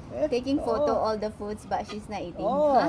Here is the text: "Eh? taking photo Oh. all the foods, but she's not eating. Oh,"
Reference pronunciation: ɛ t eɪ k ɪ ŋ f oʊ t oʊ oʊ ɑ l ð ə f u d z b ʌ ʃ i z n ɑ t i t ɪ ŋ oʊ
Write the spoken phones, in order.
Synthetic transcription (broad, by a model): t eɪ k ɪ ŋ f oʊ t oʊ oʊ ɑ l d ə f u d s b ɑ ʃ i s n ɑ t i t ɪ ŋ